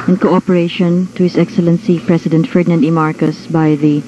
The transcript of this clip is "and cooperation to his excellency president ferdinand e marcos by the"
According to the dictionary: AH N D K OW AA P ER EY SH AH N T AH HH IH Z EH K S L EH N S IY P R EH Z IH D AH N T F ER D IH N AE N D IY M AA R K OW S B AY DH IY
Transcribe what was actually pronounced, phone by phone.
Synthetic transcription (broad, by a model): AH N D K OW AA P ER EY SH AH N T AH HH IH S EH K S L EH N S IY P R EH S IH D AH N T F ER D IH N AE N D IY M AA R K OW S B AY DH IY